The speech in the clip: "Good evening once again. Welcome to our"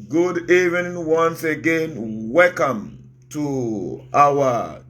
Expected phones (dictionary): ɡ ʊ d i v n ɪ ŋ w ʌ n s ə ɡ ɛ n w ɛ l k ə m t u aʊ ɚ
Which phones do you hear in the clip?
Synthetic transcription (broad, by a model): ɡ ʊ d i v ɪ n w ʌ n s ə ɡ ɛ n w ɛ l k ə m t u aʊ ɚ